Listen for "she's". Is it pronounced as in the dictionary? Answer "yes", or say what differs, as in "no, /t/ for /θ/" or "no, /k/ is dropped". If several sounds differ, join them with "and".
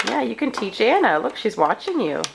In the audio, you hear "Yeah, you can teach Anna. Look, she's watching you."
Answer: yes